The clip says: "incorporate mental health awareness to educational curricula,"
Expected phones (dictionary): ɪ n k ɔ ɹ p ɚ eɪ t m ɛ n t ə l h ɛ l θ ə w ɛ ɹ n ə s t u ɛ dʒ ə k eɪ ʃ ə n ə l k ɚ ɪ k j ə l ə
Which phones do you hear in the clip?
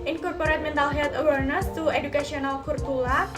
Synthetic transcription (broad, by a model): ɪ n k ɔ ɹ p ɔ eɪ t m ɛ n t ə l h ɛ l t ə w ɛ ɹ n ə s t u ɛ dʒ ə k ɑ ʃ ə n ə l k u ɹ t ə l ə